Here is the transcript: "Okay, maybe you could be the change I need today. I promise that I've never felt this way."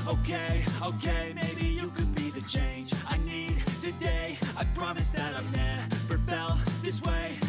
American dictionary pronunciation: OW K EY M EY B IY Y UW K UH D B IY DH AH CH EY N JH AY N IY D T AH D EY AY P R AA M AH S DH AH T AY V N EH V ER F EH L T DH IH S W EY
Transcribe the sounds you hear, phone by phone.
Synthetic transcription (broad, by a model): OW K EY M EY B IY Y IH K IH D B IY DH AH CH EY N JH AY N IY D T AH D EY AY P R AA M AH S DH AH T AY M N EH P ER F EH L DH IH S W EY